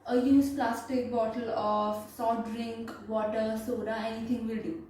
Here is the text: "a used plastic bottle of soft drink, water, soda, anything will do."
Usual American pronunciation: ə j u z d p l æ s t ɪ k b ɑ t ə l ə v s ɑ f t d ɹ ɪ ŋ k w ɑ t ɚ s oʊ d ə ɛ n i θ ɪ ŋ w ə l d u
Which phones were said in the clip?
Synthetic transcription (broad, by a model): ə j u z p l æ s t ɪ k b ɑ t ə l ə f s ɑ t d ɹ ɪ ŋ k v ɑ t ɚ s oʊ d ə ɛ n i t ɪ ŋ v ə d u